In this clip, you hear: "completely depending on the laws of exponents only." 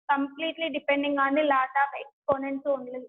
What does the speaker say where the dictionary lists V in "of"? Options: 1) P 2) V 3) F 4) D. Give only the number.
1